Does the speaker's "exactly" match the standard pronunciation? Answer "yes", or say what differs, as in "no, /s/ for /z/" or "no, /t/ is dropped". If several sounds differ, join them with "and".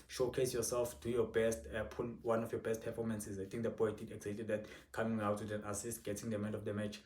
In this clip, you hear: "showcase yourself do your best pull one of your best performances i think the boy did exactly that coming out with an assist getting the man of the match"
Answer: no, /k/ is dropped and /l/ is dropped